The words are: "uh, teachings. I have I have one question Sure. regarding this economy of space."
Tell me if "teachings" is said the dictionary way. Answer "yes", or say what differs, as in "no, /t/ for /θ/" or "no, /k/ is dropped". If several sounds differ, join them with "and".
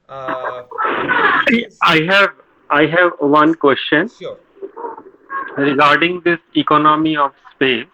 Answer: no, /tʃ/ is dropped